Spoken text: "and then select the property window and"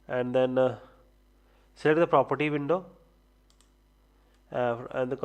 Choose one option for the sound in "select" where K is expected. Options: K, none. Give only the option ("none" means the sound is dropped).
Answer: none